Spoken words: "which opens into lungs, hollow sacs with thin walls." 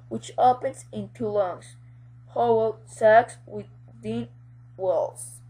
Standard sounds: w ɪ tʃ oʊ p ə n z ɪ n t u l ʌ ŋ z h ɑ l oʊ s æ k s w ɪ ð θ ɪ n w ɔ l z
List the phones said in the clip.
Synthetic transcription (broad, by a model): w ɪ tʃ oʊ p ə n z ɪ n t u l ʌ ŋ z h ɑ w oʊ s æ k s w ɪ ð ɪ n w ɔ l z